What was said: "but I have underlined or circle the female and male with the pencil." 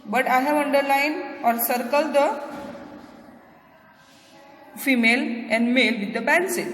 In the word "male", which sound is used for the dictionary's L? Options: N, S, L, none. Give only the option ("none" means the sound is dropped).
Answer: L